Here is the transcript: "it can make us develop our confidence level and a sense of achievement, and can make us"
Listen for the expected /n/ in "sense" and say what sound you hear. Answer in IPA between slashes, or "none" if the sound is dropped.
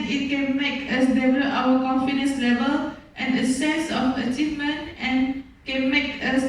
none